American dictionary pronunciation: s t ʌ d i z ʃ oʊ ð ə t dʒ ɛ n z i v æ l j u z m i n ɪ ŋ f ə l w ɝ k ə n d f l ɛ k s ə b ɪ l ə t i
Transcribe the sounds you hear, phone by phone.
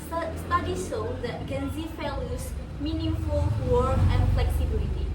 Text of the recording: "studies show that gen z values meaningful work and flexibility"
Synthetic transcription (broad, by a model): s t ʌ d i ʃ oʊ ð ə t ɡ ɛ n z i f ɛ l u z m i n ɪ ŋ f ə l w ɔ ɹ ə n f l ɛ k s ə b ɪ l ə t i